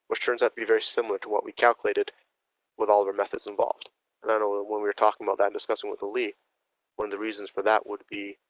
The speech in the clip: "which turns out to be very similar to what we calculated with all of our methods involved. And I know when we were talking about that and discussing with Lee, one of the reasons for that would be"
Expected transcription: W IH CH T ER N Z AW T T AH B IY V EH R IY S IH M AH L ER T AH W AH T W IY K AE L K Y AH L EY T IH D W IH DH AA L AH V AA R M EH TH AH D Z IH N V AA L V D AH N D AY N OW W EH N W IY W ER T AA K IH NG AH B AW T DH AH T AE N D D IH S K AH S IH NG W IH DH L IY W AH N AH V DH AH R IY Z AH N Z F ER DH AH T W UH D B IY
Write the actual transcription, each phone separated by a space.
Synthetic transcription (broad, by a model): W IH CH T ER N Z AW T T AH B IY V EH R IY S IH M L ER T AH W AH T W IY K AE L K Y AH L EY T IH D W IH DH AA L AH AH R M EH TH AH D Z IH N V AA L V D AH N AY N OW W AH N W IY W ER T AA K IH NG AH B AW T DH AH T N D D IH S K AH S IH NG W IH DH L IY W AH N AH V DH AH R IY Z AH N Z F ER DH AH T W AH D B IY